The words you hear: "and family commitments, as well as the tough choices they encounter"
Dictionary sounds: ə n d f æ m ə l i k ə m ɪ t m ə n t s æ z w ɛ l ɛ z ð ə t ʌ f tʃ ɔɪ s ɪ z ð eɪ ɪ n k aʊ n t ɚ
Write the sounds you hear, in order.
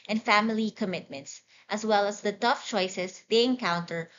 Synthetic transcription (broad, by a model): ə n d f æ m ə l i k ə m ɪ t m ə n t s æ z w ɛ l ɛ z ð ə t ʌ f tʃ ɔɪ s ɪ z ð eɪ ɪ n k aʊ n t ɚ